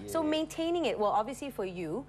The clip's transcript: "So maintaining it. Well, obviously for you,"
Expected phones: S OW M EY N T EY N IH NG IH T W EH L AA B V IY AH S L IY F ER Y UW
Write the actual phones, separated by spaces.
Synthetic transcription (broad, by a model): S OW M EY N T EY N IH NG IH T W EH L AA B V IY AH S L IY F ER Y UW